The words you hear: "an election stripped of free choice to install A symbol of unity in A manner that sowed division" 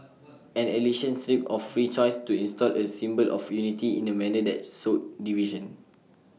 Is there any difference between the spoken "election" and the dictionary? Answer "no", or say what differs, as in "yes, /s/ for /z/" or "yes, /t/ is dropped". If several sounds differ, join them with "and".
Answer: yes, /k/ is dropped